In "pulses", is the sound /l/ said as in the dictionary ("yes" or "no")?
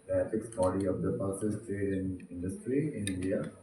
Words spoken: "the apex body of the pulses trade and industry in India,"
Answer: no